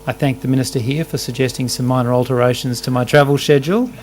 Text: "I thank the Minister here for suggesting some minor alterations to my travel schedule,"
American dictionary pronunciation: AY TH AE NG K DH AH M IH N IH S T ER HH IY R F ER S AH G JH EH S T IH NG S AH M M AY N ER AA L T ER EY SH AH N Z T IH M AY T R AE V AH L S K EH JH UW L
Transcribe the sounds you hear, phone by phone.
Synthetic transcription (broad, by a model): AY TH AE NG K DH AH M IH N IH S T ER HH IY R F ER S AH G JH EH S T IH NG S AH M M AY N ER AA L T ER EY SH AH N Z T IH M AY T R AE V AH L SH EH JH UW L